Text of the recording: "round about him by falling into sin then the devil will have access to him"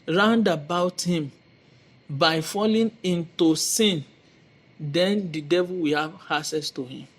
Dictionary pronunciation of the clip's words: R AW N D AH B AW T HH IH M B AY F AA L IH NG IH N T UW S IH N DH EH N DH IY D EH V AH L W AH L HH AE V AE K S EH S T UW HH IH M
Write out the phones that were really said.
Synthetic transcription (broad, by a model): R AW N D AH B AW T HH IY M B AY F AA L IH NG IH N T UW S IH N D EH N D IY D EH V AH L W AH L HH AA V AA S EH S T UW HH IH M